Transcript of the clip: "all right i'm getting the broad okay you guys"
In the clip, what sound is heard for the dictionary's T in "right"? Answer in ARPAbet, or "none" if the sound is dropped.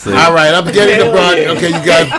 T